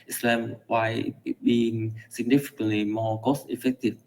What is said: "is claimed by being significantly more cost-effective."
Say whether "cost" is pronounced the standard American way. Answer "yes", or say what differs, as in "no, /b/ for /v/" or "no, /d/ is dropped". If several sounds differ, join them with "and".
no, /t/ is dropped